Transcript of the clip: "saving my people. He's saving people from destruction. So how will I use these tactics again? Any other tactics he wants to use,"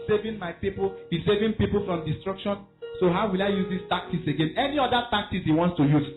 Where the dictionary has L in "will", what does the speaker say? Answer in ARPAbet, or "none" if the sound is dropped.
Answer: L